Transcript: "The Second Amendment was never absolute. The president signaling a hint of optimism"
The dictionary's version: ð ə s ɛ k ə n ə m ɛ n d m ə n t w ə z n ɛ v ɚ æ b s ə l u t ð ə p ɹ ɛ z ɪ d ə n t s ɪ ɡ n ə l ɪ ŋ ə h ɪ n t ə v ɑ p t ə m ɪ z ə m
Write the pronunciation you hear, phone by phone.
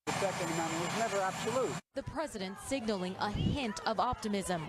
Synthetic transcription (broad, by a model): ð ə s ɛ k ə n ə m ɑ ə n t w ə z n ɛ v ɚ æ b s ə l u t ð ə p ɹ ɛ z ɪ d ə n t s ɪ ɡ n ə l ɪ ŋ ə h ɪ n t ə v ɑ p t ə m ɪ z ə m